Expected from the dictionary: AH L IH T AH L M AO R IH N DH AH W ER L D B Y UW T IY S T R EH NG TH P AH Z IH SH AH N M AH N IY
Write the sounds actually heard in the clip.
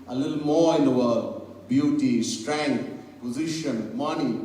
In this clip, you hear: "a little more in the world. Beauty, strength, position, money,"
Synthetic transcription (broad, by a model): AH L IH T L M AO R IH N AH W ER D B Y UW T IY S T R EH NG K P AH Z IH SH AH N M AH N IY